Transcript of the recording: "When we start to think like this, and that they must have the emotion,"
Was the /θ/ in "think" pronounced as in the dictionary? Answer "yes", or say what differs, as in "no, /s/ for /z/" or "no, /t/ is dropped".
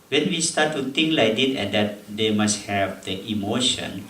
no, /t/ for /θ/